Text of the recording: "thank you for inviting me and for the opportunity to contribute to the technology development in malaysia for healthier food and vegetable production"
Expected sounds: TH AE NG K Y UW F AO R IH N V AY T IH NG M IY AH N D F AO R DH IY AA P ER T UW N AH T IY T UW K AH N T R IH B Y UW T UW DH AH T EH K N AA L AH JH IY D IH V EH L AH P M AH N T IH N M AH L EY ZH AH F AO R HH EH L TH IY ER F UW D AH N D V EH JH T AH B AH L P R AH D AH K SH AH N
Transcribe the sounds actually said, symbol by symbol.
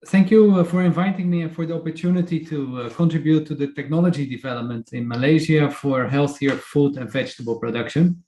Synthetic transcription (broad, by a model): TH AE NG K Y UW F AO R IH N V AY T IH NG M IY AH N F AO R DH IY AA P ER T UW N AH T IY T UW K AH N T R IH B Y UW T UW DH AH T EH K N AA L AH JH IY D IH V EH L AH P M AH N T IH N M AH L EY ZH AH F AO R HH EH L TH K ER F UW D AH N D V EH JH T AH B AH L P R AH D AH K SH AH N